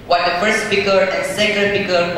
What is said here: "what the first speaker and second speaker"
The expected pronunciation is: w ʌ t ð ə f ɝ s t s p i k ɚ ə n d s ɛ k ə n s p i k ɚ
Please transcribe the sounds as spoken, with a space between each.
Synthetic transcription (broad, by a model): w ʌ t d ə f ɝ s t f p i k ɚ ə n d s ɛ k ə n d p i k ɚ